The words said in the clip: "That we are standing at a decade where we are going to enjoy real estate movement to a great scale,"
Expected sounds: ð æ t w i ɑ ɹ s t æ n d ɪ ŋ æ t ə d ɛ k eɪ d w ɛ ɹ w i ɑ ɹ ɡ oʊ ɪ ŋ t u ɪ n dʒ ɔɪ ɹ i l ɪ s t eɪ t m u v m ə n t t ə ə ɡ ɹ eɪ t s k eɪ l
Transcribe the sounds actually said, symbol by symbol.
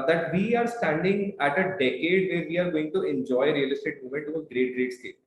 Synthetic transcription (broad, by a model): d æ t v i ɑ ɹ s t æ n d ɪ ŋ æ t ə d ɛ k eɪ d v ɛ ɹ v i ɑ ɹ ɡ oʊ ɪ ŋ t u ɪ n dʒ ɔɪ ɹ i l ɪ s t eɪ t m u m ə n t t ə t ɡ ɹ eɪ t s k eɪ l